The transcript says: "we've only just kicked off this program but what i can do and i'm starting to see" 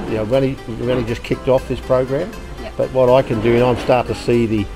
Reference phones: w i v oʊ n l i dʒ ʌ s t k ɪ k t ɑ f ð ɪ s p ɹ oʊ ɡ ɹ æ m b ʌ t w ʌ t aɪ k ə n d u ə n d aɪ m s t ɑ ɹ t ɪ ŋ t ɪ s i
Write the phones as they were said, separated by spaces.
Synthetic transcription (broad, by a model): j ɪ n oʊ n n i dʒ ʌ s k ɪ k t ɑ f ð ɪ s p ɹ oʊ ɡ ɹ æ m b ʌ t w ʌ t aɪ k ə n d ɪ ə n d aɪ m s t ɑ ɹ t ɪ t ɪ s i